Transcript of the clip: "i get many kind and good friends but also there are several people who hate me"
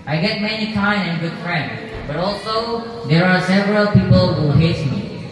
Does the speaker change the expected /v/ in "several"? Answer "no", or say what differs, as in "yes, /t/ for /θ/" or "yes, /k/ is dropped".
no